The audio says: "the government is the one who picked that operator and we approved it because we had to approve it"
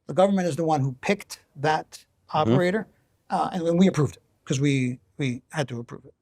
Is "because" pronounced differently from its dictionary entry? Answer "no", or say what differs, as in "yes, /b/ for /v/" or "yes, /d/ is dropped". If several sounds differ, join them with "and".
yes, /z/ is dropped